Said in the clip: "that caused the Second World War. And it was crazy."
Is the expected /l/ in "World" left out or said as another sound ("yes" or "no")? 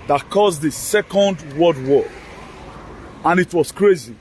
yes